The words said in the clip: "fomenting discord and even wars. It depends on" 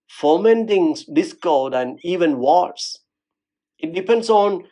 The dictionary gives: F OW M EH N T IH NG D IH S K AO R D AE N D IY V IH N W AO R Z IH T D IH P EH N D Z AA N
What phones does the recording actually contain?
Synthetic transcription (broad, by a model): F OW M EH N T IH NG D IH S K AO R D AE N D IY V IH N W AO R S IH T D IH P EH N D S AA N